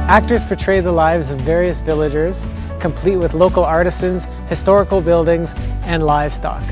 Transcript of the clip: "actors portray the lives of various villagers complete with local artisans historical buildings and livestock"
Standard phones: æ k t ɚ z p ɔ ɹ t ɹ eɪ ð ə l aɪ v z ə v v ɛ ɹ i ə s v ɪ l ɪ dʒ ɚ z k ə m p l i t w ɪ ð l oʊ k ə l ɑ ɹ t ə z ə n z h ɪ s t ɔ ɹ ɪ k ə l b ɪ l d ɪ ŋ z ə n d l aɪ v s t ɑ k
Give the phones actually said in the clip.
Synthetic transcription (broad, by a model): æ k t ɚ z p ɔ ɹ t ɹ eɪ ð ə l aɪ v z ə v v ɛ ɹ i ə s v ɪ l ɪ dʒ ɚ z k ə m p l i t w ɪ ð l oʊ k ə l ɑ ɹ t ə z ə n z h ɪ s t ɔ ɹ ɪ k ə l b ɪ l d ɪ ŋ z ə n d l aɪ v s t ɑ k